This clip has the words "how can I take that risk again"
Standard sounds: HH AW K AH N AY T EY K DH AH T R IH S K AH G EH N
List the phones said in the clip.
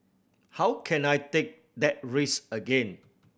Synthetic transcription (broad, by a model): HH AW K AH N AY T EY K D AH T R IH S AH G EH N